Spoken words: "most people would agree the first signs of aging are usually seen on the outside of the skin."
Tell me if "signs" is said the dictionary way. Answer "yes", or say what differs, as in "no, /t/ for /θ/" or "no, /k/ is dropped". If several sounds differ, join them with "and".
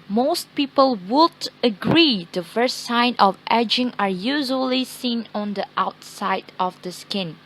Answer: no, /z/ is dropped